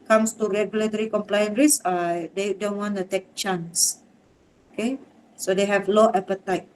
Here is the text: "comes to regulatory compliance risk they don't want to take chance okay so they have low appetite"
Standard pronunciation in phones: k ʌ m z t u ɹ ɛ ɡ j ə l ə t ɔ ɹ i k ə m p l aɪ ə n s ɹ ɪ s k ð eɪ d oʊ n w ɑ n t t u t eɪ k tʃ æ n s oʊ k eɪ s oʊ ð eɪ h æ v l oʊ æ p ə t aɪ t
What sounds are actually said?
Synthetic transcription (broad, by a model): k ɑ m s t u ɹ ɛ ɡ j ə l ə t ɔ ɹ i k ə m p l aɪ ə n ɹ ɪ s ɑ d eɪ d oʊ n w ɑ n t t u t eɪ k tʃ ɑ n s oʊ k eɪ s oʊ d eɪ h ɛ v l oʊ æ p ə t aɪ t